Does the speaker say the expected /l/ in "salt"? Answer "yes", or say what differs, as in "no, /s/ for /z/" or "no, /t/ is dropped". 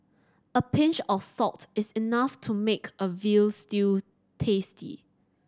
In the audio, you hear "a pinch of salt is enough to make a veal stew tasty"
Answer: no, /l/ is dropped